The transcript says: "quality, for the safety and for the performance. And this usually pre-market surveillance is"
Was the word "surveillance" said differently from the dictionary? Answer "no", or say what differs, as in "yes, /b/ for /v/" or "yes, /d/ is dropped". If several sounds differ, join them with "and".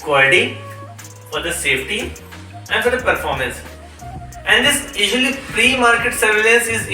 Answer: yes, /n/ is dropped